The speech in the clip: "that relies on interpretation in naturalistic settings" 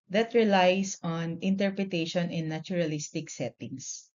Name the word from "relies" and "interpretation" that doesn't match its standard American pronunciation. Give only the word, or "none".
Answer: relies